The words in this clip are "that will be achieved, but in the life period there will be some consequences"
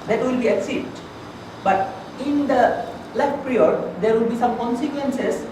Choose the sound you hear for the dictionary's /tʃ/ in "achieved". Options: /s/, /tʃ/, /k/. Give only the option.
/s/